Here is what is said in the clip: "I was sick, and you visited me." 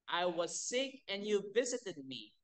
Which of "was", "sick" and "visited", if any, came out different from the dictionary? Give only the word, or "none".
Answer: none